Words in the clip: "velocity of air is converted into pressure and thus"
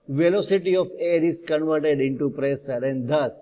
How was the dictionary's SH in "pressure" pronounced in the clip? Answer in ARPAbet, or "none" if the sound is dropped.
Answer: S